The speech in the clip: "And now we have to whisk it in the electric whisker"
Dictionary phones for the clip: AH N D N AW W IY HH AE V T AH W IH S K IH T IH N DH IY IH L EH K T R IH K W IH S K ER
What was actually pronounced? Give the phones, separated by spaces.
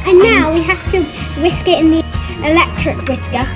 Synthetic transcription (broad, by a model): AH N N AW W IY HH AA F T AH W IH S K IH T IH N DH IY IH L EH K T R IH K W IH S K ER